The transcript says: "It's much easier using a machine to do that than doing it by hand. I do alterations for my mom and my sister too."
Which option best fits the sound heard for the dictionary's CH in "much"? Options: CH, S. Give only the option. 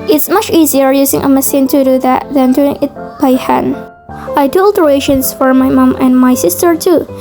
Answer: CH